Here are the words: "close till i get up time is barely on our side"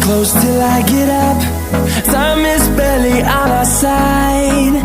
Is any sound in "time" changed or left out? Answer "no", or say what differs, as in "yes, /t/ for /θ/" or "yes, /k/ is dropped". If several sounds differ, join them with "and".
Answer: yes, /s/ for /t/